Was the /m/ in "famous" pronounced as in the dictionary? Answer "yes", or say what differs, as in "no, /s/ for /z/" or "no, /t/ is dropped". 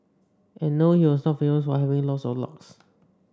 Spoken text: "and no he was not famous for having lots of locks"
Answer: no, /m/ is dropped